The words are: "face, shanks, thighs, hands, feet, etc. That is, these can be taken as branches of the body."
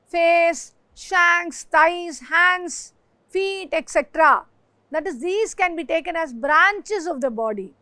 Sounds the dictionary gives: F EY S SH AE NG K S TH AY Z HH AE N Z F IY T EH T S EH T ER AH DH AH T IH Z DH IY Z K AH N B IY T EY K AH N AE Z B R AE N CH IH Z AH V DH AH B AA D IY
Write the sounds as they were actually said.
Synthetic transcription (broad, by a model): F EY S SH AE NG K S T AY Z HH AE N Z F IY T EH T S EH T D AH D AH T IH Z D IY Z K AH N B IY T EY K AH N AE Z B R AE N CH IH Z AH V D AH B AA D IY